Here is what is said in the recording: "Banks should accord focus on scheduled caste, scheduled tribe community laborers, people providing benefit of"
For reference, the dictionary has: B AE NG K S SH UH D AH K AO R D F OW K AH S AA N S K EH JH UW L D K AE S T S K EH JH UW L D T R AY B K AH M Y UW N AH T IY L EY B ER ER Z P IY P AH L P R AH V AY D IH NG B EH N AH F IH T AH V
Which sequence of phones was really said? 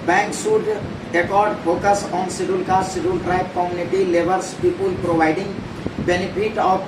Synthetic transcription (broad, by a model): B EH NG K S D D AH K AO R D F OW K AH S AA N S IY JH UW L K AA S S IY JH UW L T R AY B K AH M Y UW N AH T IY L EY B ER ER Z P IY P AH L P R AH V AY D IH NG B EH N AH P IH T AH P